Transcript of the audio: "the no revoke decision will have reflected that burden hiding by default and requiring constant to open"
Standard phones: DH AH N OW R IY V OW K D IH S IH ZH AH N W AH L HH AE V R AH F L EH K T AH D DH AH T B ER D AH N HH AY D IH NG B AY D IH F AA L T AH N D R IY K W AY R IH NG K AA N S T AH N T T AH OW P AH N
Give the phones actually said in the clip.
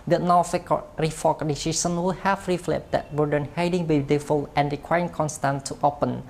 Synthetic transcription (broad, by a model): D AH N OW R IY F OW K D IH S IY S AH N W AH L HH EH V R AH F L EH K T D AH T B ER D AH N HH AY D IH NG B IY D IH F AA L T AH N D R IY K W AY R IH NG K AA N S T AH N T T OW P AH N